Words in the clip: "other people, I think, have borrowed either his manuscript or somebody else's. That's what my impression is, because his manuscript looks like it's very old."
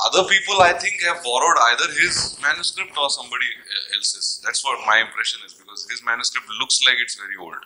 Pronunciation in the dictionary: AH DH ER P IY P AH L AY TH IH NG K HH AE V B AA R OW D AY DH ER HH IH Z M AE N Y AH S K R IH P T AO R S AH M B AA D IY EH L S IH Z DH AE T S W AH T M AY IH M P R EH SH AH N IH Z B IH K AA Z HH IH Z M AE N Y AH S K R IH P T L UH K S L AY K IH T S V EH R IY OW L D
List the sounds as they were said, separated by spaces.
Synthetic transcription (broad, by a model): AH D ER P IY P AH L AY T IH NG K HH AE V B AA R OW D AY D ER HH IH Z M AE N Y AH S K R IH P T AO R S AH M B AA D IY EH L S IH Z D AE T S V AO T M AY IH M P R EH SH AH N IH Z B IH K AA Z HH IH Z M AE N Y AH S K R IH P T L UH K S L AY K IH T S V EH R IY OW L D